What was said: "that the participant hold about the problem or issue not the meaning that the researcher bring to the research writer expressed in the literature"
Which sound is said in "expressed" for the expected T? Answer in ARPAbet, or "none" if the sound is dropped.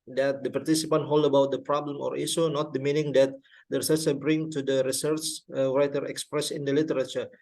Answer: none